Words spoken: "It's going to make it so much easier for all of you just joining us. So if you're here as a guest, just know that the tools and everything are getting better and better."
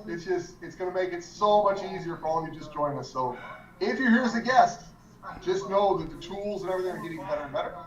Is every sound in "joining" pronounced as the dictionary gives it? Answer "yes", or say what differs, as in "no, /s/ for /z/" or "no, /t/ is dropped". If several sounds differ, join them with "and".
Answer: no, /n/ is dropped